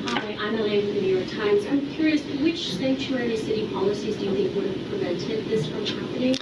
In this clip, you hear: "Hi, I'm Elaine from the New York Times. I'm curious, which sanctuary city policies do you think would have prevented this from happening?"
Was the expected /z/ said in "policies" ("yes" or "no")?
yes